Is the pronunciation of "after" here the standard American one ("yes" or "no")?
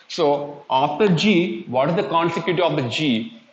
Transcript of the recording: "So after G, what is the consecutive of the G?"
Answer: no